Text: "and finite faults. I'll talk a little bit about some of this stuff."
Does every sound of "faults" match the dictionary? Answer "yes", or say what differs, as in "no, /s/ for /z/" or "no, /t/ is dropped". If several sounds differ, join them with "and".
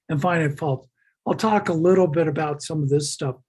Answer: no, /s/ is dropped